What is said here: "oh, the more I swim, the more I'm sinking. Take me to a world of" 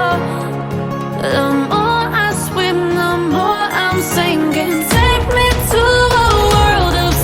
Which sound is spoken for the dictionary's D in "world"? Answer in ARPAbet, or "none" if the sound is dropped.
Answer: D